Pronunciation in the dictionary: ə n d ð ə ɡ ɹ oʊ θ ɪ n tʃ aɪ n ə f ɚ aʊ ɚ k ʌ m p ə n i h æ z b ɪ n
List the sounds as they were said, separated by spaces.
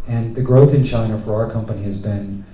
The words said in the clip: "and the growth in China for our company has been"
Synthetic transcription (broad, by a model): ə n ð ə ɡ ɹ oʊ θ ɪ n tʃ aɪ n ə f ɚ aʊ ɚ k ʌ m p ə n i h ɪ z b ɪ n